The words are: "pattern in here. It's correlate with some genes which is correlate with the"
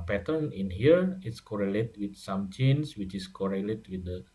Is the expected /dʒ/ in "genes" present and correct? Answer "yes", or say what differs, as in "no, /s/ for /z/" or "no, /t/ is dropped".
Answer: no, /tʃ/ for /dʒ/